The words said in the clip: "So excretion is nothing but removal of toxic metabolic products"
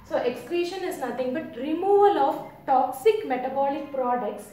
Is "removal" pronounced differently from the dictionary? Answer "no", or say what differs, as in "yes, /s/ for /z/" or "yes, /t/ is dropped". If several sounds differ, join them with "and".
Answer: no